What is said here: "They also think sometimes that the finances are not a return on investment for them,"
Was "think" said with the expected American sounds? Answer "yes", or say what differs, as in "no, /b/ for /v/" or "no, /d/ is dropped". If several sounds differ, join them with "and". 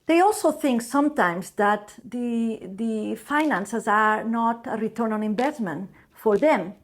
yes